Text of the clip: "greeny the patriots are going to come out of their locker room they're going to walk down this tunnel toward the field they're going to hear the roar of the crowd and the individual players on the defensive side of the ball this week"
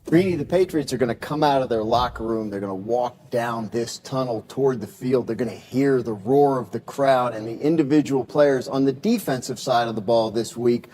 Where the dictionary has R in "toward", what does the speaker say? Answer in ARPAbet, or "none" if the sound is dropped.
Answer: R